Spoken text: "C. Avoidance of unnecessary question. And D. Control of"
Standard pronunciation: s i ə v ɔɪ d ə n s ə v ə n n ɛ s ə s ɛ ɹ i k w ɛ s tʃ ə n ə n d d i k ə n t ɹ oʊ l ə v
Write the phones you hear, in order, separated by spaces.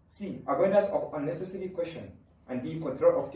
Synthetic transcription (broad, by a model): s i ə w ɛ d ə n s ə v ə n n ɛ s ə s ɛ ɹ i k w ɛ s ʃ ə n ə n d d i k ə n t ɹ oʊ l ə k